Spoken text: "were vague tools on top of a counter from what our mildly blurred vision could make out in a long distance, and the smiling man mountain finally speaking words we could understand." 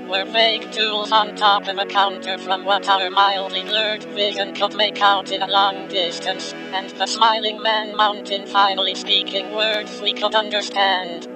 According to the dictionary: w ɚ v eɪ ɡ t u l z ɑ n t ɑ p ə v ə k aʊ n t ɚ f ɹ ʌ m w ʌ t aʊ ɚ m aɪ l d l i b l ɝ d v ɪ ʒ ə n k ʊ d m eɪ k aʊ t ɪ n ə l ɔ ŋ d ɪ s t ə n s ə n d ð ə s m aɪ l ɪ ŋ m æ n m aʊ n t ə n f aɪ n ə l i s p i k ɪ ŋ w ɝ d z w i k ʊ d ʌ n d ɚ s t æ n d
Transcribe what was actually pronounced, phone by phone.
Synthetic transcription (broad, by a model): w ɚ v eɪ ɡ t u l z n t ɑ p ə v ə k aʊ n t ɚ f ɹ ʌ m w ʌ t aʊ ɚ m aɪ l d l i l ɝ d v ɪ ʒ ə n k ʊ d m eɪ k aʊ t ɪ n ə l ɔ ŋ d ɪ s t ə n s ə n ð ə s m aɪ l ɪ ŋ m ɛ n m aʊ n t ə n f aɪ n l i s p i k ɪ ŋ w ɝ d z w i k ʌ d ʌ n d ɚ s t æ n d